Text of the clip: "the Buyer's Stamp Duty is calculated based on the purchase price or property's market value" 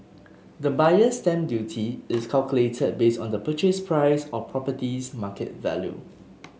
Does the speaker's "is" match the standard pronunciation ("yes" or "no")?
no